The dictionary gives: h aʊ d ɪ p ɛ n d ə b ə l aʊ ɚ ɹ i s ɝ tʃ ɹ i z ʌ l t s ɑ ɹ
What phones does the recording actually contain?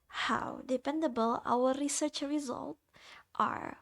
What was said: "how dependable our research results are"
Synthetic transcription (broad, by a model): h aʊ d ɪ p ɛ n d ə b ə l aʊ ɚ ɹ i s ɝ tʃ ɹ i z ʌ l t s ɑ ɹ